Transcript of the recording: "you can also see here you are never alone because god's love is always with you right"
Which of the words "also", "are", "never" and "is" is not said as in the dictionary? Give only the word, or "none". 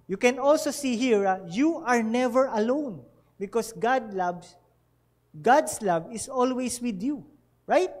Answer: is